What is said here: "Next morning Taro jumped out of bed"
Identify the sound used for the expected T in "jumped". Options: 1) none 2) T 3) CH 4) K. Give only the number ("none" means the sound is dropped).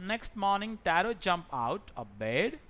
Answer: 1